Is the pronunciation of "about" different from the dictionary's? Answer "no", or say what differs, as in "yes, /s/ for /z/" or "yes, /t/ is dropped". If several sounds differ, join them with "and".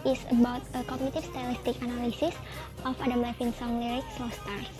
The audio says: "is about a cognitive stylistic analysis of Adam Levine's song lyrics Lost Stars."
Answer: no